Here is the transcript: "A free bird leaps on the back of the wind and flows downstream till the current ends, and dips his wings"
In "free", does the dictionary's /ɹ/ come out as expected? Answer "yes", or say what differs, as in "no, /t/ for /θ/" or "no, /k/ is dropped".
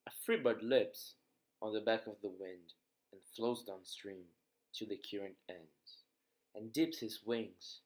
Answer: yes